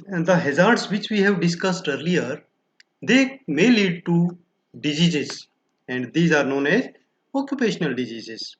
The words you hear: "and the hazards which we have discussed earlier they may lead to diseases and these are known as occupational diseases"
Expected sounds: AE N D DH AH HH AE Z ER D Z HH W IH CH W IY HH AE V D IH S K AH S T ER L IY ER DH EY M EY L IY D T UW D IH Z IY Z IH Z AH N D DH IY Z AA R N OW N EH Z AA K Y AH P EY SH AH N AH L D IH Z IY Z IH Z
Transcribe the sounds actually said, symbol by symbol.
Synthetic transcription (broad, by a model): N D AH HH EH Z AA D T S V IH CH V IY HH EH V D IH S K AH S T ER L IY ER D EY M EY L IY D T UW D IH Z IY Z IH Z AH N D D IY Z AA R N OW N EH Z AA K Y AH P EY SH AH N AH L D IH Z IY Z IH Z